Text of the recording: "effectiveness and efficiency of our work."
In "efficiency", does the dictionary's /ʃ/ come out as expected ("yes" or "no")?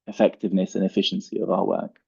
yes